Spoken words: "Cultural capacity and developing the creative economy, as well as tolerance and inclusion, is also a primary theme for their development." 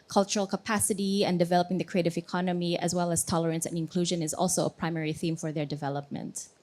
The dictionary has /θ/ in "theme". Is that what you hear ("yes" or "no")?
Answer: yes